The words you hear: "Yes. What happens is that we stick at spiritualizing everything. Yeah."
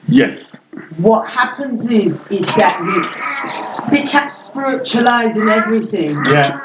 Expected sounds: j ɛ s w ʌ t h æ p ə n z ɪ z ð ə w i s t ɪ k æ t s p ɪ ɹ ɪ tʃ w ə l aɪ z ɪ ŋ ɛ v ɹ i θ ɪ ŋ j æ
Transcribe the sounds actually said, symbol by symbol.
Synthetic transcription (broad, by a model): j ɛ s w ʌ t h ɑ p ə n z ɪ z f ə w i s t ɪ k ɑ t s p ɪ ɹ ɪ tʃ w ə l aɪ z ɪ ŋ ɛ v ɹ i θ ɪ ŋ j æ